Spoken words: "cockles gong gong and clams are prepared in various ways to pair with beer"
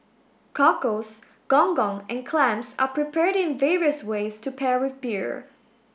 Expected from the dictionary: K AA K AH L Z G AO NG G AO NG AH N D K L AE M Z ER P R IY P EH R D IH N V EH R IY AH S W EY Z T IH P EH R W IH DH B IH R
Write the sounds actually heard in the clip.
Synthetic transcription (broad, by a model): K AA K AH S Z G AO NG G AO NG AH N K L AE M S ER P R IY P EH R D IH N V EH R IY AH S W EY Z T IH P EH R W IH DH B IH R